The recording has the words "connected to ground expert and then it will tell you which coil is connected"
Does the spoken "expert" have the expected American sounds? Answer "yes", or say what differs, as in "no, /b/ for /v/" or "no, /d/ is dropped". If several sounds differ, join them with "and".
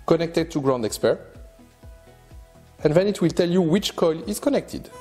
yes